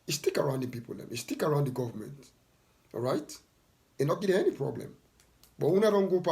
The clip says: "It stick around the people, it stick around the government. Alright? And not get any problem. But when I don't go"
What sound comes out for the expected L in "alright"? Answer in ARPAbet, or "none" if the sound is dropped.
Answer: none